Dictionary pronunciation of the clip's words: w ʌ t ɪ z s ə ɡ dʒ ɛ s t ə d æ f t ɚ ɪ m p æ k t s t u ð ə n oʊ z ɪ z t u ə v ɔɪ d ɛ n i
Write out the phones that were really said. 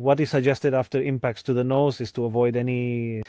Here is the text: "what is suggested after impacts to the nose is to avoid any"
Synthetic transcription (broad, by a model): w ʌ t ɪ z s ə ɡ dʒ ɛ s t ə d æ f t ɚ ɪ m p æ k t s t u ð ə n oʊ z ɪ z t u ə v ɔɪ d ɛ n i